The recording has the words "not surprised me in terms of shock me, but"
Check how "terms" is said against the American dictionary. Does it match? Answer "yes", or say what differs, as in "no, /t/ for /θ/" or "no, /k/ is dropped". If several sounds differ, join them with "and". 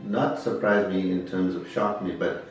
yes